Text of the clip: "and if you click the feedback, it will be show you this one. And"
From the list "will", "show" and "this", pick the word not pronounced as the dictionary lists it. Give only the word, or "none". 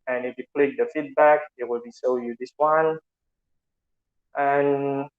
show